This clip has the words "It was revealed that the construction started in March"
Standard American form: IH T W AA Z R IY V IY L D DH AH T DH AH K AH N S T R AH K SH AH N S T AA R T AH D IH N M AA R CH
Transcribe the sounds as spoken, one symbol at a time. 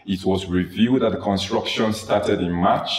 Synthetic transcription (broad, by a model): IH T W AA Z R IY V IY D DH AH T DH AH K AH N S T R AH K SH AH N S T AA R T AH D IH N M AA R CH